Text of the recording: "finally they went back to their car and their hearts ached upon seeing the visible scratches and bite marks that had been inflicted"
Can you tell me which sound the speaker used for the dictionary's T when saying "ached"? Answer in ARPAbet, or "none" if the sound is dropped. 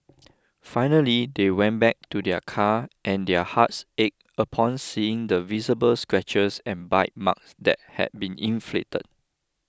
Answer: none